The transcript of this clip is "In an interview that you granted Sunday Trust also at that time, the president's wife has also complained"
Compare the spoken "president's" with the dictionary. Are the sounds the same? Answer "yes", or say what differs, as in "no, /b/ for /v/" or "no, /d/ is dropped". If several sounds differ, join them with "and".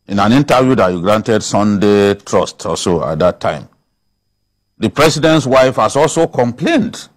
no, /s/ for /z/